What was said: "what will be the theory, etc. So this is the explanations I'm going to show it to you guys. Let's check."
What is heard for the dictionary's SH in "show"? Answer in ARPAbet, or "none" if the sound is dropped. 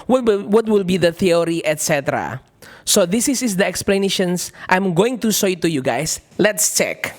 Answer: S